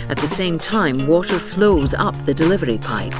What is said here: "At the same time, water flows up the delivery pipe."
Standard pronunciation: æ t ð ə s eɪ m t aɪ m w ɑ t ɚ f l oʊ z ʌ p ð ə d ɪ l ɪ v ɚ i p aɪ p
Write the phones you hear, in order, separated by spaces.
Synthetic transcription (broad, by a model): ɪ t ð ə s eɪ m t aɪ m w ɑ t ɚ f l oʊ z ʌ p ð ə d ɪ l ɪ v ɚ i p aɪ p